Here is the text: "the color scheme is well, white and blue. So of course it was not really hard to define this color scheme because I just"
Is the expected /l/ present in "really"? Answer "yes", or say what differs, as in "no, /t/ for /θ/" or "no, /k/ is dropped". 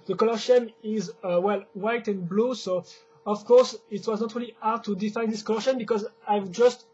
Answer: yes